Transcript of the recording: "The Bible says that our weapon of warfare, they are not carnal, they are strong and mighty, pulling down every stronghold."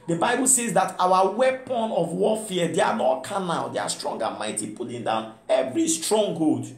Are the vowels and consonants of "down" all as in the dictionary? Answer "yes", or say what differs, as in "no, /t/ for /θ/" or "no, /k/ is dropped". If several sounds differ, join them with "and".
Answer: yes